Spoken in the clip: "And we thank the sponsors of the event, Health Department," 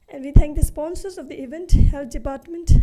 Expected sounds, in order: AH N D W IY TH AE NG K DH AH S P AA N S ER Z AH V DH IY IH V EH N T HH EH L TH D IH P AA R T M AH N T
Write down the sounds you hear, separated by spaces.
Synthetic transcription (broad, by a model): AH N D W IY T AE NG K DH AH S P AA N S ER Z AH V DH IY IH V EH N T HH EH L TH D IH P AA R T M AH N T